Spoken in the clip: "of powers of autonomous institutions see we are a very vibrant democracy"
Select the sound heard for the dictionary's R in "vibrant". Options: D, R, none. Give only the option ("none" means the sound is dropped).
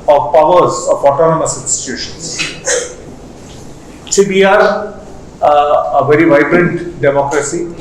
R